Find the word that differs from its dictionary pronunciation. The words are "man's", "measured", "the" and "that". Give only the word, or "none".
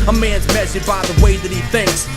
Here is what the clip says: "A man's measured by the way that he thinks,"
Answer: measured